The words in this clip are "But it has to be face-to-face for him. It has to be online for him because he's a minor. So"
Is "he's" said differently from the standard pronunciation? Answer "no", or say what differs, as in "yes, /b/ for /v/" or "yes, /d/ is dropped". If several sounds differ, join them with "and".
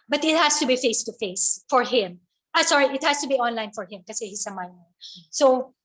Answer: yes, /s/ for /z/